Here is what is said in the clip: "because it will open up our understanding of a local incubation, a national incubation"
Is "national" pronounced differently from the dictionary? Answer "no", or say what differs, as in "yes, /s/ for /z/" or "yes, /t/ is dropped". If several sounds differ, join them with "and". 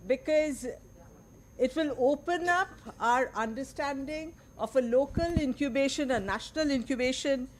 no